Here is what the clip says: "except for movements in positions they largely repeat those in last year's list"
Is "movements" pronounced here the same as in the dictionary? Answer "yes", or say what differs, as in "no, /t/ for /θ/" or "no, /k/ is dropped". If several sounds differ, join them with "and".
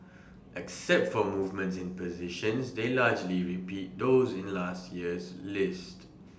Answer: yes